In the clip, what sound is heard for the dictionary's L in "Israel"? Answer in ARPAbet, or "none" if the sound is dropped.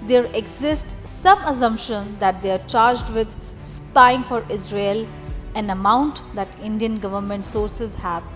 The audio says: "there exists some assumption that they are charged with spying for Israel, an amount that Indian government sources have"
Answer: L